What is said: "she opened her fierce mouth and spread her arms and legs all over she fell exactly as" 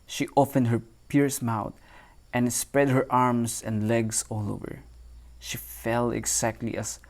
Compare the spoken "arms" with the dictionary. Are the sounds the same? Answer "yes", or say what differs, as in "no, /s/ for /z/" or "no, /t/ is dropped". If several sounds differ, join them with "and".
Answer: no, /s/ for /z/